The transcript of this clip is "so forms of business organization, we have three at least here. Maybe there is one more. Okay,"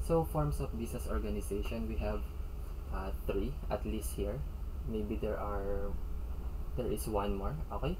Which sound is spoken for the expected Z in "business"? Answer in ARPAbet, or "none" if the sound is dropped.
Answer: S